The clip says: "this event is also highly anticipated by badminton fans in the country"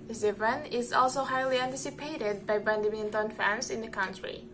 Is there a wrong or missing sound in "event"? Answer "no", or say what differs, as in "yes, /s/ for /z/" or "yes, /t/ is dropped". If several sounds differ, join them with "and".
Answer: yes, /t/ is dropped